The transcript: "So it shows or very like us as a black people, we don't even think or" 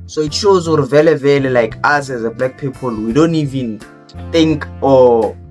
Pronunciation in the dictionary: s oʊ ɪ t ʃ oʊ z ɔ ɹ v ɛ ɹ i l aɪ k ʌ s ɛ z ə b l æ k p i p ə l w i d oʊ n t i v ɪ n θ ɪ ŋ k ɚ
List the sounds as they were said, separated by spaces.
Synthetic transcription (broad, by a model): s oʊ ɪ t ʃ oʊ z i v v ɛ l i l aɪ k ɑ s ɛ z ə b l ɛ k p i p ə l w i d oʊ n t i v ɪ n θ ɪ ŋ k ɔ